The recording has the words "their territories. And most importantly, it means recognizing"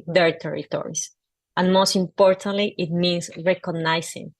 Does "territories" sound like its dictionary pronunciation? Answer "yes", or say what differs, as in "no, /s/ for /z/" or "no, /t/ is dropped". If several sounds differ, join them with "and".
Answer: no, /s/ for /z/